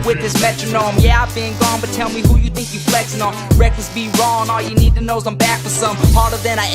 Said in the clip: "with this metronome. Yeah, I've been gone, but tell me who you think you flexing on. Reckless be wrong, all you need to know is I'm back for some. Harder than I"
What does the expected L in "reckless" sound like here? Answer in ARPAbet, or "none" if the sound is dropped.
none